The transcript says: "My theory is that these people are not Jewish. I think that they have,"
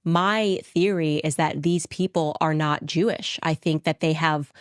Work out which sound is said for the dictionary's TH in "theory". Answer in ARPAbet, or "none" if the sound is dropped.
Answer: TH